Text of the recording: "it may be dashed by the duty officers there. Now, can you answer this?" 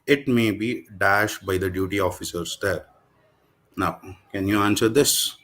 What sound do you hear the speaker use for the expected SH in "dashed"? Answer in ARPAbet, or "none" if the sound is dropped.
SH